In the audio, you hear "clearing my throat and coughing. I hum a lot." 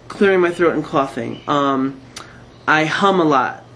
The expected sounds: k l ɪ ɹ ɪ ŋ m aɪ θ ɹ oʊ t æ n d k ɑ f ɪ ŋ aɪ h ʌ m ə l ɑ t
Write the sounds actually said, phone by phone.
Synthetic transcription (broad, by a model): k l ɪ ɹ ɪ ŋ m aɪ θ ɹ oʊ t n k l ɑ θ ɪ ŋ aɪ h ʌ m ə l ɑ t